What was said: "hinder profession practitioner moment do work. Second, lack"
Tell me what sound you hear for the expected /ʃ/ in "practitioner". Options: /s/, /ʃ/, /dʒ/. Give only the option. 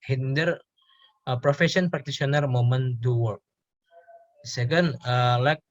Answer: /s/